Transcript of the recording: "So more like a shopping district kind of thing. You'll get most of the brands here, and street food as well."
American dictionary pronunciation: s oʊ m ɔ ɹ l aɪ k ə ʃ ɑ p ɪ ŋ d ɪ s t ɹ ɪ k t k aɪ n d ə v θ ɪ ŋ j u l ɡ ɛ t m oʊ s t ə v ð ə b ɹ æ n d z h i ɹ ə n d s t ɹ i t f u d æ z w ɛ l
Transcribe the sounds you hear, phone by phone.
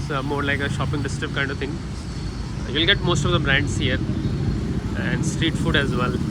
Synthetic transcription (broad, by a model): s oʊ m ɔ ɹ l aɪ k ə ʃ ɑ p ɪ ŋ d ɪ s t ɪ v k aɪ n d ə v t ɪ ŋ j u l ɡ ɛ t m oʊ s t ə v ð ə b ɹ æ n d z h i ɹ ə n d s t ɹ i t f u d æ z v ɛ l